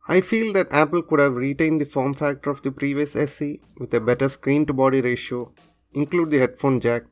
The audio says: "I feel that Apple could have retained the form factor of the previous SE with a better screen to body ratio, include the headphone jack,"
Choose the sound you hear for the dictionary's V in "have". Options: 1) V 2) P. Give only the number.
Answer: 1